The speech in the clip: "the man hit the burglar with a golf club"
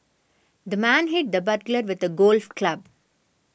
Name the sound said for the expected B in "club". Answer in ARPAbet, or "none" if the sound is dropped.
B